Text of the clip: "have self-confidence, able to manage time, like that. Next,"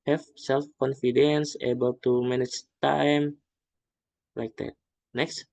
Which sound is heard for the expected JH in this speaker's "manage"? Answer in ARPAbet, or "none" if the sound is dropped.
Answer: CH